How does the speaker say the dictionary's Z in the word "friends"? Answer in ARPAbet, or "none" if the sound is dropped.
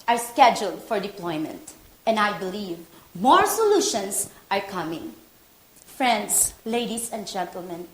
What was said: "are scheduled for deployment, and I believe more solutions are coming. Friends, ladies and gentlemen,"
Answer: S